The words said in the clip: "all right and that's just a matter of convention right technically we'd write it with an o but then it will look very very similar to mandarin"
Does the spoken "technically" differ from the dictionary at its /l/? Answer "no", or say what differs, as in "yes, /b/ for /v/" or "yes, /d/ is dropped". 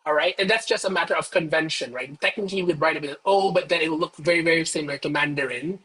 yes, /l/ is dropped